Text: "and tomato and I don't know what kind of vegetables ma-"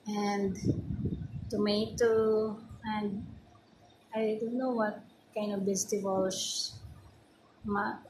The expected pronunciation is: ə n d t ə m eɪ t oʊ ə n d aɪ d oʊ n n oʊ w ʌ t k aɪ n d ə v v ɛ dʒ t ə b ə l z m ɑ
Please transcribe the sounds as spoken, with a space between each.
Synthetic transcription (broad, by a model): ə n d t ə m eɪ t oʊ ə n d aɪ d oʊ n n oʊ w ʌ t k aɪ n d ə v b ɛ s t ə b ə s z m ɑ